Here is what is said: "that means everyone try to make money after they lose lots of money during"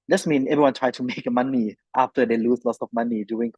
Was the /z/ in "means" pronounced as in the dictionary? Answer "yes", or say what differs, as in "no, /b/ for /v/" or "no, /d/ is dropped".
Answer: no, /z/ is dropped